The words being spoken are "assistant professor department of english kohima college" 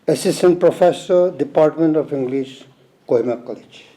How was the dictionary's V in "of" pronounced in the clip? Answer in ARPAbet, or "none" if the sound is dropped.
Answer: P